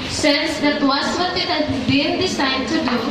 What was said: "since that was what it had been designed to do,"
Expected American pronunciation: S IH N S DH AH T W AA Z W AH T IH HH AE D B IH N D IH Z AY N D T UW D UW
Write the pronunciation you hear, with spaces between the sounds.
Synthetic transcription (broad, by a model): S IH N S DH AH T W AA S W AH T IH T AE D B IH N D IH S AY D T UW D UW